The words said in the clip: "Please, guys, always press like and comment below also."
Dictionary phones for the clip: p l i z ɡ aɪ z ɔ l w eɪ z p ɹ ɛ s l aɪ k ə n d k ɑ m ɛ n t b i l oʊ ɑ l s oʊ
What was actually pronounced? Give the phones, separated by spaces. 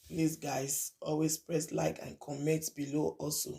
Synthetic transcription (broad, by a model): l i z ɡ aɪ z ɔ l w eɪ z p ɹ ɛ s l aɪ k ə n k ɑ m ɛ t b i l oʊ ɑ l s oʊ